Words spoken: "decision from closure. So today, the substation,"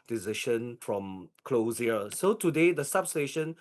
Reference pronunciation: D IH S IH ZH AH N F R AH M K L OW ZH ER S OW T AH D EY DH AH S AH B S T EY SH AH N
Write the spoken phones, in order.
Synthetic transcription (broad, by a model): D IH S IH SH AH N F R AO M K L OW S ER S OW T AH D EY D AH S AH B S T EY SH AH N